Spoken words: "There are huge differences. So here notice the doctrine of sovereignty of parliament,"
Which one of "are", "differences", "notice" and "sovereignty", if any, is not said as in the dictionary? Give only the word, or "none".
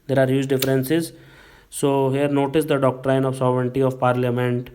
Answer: none